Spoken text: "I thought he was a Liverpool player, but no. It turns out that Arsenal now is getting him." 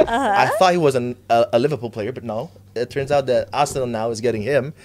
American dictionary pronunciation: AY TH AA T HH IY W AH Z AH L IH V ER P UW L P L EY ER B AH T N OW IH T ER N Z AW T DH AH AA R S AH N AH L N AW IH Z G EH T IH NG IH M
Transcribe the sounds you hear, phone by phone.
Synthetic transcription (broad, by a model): AY TH AA T HH IY W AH Z AH L IH V ER P UW L P L EY ER B AH T N OW IH T ER N Z AW T DH AH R AH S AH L N AW IH Z G EH T IH NG IH M